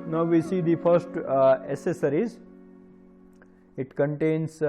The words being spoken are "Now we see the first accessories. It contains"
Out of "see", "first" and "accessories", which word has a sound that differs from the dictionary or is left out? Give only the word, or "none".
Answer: accessories